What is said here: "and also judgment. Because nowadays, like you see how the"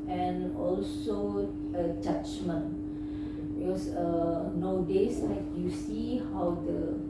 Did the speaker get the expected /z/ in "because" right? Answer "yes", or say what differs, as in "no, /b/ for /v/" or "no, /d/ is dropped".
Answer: no, /z/ is dropped